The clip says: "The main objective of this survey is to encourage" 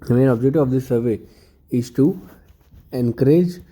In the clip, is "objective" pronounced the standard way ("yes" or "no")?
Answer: no